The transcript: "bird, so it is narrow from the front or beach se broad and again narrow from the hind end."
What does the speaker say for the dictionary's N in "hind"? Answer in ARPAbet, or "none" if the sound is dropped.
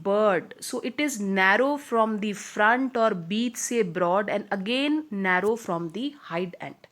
none